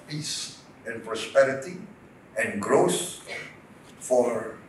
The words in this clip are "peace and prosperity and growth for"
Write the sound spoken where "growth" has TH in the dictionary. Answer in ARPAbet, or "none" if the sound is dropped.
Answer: S